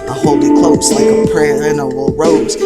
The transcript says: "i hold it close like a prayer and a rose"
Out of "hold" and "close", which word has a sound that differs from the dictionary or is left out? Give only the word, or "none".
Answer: hold